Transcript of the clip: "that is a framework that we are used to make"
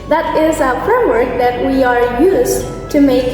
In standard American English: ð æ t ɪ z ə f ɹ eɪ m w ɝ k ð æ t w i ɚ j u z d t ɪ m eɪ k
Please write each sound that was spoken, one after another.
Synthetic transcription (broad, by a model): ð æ t ɪ z ə f ɹ eɪ m w ɝ k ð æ t w i ɚ j u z t ɪ m eɪ k